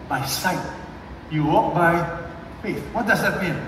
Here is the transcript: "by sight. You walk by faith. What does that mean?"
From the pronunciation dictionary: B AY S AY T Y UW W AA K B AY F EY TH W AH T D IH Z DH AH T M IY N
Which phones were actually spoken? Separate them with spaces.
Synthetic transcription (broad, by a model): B AY S AY T Y UW W AA K B AY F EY S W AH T D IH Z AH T M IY N